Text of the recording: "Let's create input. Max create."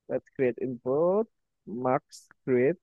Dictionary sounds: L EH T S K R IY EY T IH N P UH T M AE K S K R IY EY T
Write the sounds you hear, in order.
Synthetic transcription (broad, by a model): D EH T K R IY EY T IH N B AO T M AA K S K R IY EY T